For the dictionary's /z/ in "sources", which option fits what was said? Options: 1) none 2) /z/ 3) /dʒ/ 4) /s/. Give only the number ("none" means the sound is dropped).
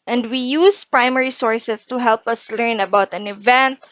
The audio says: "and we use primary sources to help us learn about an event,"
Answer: 4